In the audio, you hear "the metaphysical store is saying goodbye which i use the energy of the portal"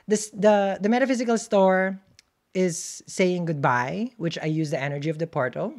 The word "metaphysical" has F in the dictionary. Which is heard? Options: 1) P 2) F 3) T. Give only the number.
2